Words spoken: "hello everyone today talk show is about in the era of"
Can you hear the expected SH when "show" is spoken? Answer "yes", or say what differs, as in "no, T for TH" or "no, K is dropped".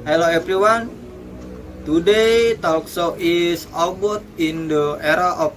no, S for SH